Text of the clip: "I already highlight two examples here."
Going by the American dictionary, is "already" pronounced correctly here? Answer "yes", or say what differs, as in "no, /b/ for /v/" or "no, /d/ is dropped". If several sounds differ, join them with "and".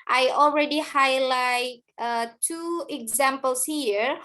yes